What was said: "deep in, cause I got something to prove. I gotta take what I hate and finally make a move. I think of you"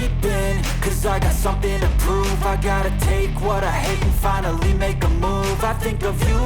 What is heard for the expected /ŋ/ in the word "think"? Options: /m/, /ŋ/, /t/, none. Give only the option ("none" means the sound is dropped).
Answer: /ŋ/